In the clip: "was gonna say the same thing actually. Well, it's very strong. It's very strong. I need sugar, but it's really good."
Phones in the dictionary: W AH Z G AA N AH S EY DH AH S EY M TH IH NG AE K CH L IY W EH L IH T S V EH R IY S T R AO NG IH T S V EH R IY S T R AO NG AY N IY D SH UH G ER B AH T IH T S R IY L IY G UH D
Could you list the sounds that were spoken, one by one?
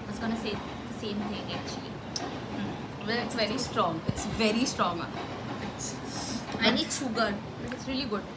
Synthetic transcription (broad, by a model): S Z G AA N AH S EY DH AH S EY M T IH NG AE K CH IY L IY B IH T S V EH R IY S T R AO NG IH T S V EH R IY S T R AO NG AY N IY D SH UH G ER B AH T IH T S R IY L IY G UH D